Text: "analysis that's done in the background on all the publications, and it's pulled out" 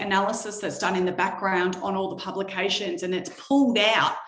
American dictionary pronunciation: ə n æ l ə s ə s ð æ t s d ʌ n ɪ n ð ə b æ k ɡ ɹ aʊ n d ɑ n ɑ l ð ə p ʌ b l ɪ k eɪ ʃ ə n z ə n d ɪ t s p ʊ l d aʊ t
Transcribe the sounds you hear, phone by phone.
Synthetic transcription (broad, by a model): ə n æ l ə s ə s ð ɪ t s d ʌ n ɪ n ð ə b æ k ɡ ɹ aʊ n d n ɑ l ð ə p ʌ b l ɪ k eɪ ʃ ə n z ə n ɪ t s p ʊ l d aʊ t